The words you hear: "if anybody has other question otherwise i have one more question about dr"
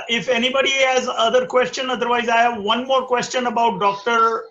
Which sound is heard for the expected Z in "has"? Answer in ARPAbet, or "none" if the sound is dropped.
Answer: Z